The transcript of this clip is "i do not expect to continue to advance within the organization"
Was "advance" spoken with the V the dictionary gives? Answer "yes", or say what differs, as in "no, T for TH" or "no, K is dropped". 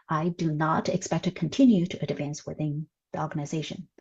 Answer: yes